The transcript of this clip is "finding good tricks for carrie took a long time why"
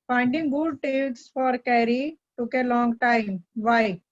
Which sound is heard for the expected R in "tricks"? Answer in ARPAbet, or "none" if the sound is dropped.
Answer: none